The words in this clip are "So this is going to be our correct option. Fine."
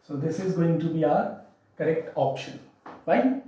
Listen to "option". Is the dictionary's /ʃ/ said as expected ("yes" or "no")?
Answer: yes